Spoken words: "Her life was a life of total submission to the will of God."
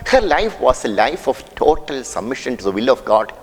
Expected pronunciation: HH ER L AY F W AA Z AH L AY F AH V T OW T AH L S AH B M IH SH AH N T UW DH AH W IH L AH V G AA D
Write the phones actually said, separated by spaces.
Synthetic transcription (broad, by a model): HH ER L AY F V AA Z AH L AY F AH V T OW T AH L S AH B M IH SH AH N T UW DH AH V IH L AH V G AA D